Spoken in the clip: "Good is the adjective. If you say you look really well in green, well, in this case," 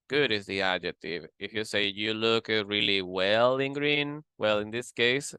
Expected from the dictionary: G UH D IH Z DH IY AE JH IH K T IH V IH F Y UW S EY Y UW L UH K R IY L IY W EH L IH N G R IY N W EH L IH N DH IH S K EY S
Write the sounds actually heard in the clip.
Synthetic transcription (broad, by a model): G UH D IH Z DH IY AE JH IH K T IH V IH F Y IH S EY Y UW L UH K R IY L IY W EH L IH N G R IY N W EH L IH N DH IH S K EY S